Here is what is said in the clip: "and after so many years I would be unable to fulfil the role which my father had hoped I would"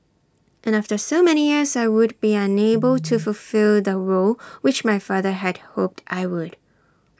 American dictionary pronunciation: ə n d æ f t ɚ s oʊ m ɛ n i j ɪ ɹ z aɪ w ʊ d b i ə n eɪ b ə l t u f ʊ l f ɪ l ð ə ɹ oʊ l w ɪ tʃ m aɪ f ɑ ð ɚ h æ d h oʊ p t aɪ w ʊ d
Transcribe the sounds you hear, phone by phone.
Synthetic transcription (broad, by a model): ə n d æ f t ɚ s oʊ m ɛ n i j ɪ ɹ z aɪ w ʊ d b i ə n eɪ b ə l t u f ʊ l f ɪ l ð ə ɹ oʊ l w ɪ tʃ m aɪ f ɑ ð ɚ h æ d h oʊ p t aɪ w ʊ d